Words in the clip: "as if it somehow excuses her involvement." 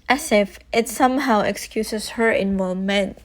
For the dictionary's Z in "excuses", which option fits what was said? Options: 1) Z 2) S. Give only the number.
2